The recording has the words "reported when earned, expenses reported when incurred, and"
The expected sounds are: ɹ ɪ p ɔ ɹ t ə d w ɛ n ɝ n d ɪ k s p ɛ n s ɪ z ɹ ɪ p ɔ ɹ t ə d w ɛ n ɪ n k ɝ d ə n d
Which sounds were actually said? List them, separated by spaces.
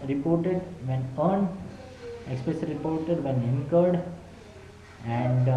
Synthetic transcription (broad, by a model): ɹ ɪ p ɔ ɹ t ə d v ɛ n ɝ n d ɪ k s p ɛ s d ɹ ɪ p ɔ ɹ t ə d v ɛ n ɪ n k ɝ d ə n d